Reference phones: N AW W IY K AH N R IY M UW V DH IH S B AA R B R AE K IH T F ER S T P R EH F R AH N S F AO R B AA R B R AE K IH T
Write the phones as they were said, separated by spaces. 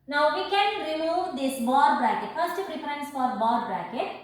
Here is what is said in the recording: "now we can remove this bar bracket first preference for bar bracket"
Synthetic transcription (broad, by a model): N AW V IY K AH N R IY M UW V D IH S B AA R B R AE K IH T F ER S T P R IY P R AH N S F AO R B AA R B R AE K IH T